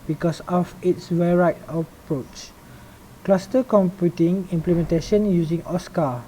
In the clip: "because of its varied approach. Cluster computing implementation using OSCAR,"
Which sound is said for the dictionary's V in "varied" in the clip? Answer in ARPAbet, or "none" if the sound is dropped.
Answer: W